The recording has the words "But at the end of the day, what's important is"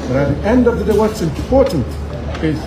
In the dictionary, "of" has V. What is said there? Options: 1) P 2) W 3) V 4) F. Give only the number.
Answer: 3